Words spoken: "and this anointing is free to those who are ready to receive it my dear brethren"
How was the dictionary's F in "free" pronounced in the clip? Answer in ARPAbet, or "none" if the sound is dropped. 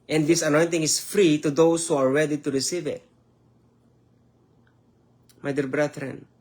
F